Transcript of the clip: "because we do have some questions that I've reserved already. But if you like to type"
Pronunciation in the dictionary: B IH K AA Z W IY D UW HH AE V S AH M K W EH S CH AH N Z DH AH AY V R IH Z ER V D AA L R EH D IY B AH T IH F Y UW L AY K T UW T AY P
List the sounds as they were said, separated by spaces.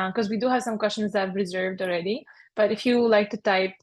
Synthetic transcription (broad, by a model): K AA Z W IY D UW HH AE V S AH M K W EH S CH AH N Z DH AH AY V R IH Z ER V D AA L R EH D IY B AH T IH F Y UW L AY K T UW T AY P